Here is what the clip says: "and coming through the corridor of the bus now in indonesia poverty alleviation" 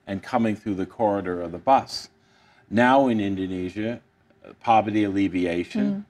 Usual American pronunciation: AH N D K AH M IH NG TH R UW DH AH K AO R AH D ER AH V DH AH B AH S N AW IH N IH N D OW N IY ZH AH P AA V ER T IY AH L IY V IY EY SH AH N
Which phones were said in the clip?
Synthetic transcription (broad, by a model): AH N K AH M IH NG TH R UW DH AH K AO R AH D ER AH V DH AH B AH S N AW IH N IH N D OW N IY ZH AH P AA V ER T IY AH L IY V IY EY SH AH N